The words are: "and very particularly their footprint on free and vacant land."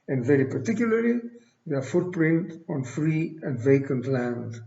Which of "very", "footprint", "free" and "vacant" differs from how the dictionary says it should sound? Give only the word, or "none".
none